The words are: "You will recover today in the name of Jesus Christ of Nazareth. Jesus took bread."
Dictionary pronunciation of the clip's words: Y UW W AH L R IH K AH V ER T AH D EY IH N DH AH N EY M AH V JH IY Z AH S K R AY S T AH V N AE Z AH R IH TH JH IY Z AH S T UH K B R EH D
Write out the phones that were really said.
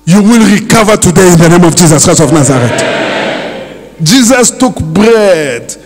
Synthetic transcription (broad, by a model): Y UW W AH L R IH K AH V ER T AH D EY IH N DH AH N EY M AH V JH IY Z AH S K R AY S AH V N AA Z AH R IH T JH IY Z AH S T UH K B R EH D